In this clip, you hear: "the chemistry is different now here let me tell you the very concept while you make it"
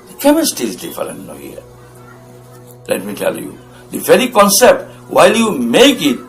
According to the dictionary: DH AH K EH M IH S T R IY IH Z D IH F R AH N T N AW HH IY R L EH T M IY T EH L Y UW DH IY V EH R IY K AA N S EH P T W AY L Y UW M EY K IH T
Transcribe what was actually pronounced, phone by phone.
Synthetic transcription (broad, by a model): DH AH K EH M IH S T IY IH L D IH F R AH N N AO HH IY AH L EH T M IY T EH L Y UW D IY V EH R IY K AA N S EH P T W AY L Y UW M EY K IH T